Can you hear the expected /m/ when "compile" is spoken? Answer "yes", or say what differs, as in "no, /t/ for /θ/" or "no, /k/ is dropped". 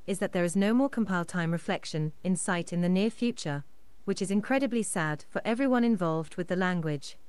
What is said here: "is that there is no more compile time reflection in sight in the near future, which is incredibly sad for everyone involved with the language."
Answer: yes